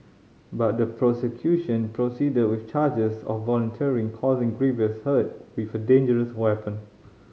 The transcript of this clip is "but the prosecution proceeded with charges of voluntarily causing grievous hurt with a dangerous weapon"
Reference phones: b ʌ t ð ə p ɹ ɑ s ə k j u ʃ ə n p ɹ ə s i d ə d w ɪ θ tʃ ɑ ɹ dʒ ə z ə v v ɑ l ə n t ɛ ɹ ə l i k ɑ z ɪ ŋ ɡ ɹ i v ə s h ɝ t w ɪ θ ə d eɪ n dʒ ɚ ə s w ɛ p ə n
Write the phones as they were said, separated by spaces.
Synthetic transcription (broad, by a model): b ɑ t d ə p ɹ ɑ s ə k j u ʃ ə n p ɹ ə s i d ə d w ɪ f tʃ ɑ dʒ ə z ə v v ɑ l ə n t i ə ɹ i k ɑ z ɪ ŋ ɡ ɹ i v ə s h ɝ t w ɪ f ə d eɪ n dʒ ɚ ə s w ɛ p ə n